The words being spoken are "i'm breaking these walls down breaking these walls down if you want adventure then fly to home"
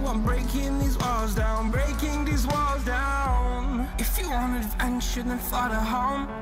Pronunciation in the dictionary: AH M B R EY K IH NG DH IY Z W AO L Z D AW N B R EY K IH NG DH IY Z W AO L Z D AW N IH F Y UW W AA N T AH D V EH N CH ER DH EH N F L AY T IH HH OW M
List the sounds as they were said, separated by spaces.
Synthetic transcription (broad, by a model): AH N B R EY K IH NG DH IY Z W AO L Z D AW N B R EY K IH NG DH IY Z W AO L Z D AW N IH F Y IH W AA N AH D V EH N SH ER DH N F L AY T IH HH OW M